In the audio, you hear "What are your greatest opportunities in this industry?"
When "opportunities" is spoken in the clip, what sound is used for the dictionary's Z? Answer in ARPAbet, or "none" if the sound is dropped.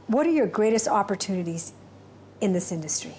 Z